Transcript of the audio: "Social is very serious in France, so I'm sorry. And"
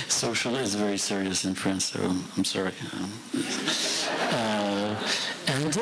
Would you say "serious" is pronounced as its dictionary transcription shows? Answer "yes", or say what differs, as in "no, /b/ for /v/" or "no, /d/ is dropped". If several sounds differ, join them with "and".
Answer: yes